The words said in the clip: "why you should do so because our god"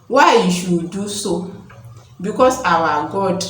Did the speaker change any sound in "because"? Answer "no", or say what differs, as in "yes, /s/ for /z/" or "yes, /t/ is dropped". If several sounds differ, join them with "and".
yes, /s/ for /z/